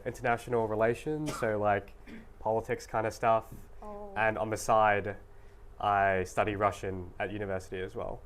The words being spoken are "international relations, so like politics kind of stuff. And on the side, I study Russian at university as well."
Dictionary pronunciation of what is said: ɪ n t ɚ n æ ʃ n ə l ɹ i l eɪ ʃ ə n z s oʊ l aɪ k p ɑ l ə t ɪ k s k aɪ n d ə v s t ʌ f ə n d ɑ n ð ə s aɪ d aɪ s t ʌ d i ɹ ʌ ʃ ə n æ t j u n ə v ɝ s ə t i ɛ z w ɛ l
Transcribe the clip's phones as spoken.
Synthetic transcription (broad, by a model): ɪ n t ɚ n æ ʃ n l ɹ i l eɪ ʃ ə n z s oʊ l aɪ k p ɑ l ə t ɪ k s k aɪ n d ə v s t ʌ f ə n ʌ n ð ə s aɪ d aɪ s t ʌ d i ɹ ʌ ʃ ə n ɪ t j u n ə v ɝ s ə t i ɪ z w ɛ l